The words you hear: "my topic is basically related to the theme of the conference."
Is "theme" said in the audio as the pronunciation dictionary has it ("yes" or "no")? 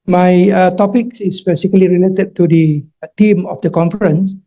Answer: no